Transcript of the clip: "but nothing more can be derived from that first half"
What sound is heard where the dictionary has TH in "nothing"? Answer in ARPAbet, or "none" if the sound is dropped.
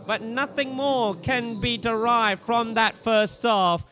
TH